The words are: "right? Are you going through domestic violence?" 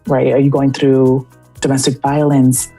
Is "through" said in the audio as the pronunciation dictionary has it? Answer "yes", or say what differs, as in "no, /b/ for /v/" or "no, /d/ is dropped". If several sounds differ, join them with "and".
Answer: yes